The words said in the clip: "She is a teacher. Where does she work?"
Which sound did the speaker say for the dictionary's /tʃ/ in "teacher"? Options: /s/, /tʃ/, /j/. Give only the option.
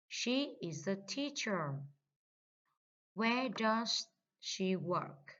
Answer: /tʃ/